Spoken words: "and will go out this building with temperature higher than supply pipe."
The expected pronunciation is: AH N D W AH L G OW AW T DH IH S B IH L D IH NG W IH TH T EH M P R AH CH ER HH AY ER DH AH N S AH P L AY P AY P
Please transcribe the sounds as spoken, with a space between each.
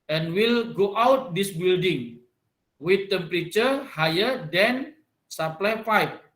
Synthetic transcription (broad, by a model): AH N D W AH L G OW AW T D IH S B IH L D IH NG W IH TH T EH M P R AH CH ER HH AY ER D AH N S AH P L AY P AY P